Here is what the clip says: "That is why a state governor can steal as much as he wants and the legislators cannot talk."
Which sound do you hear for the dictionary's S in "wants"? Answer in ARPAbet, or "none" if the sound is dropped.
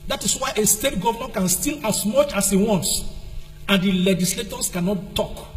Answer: S